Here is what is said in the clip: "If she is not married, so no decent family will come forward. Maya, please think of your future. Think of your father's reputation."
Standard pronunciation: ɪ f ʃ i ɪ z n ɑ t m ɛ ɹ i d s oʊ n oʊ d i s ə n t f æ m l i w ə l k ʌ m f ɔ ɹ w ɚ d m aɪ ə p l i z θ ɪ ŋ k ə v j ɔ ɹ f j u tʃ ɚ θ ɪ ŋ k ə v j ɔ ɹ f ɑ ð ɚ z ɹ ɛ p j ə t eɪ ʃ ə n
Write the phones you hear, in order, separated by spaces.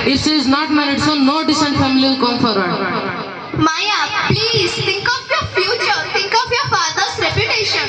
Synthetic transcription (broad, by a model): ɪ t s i ɪ z n ɑ t m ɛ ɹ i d s oʊ n oʊ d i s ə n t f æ m i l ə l k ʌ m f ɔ ɹ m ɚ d m aɪ ə p l i z t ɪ ŋ k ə f j ɔ ɹ f j u tʃ ɚ t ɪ ŋ k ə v j ɔ ɹ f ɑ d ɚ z ɹ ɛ p j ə t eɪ ʃ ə n